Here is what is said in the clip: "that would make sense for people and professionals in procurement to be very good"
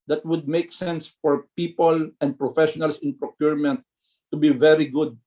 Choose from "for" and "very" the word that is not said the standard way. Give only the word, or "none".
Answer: none